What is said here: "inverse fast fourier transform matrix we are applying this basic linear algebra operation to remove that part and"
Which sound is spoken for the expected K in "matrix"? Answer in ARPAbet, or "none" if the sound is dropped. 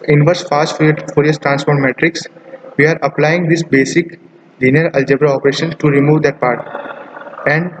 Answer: K